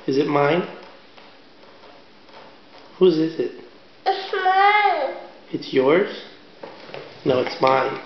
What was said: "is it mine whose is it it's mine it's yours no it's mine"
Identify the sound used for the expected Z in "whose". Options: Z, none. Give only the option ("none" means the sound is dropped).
Z